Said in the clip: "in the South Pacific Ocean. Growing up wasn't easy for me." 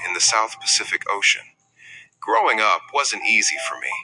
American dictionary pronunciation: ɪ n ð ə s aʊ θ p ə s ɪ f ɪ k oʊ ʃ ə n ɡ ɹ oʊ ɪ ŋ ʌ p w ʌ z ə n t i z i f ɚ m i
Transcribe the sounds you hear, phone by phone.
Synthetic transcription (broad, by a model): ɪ n ð ə s aʊ θ p ə s ɪ f ɪ k oʊ ʃ ə n ɡ ɹ oʊ ɪ ŋ ʌ p w ʌ z ə n t i z i f ɚ m i